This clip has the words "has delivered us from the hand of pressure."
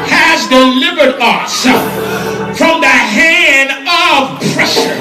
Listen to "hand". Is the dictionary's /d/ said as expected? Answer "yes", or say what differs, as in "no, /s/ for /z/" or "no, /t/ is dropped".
yes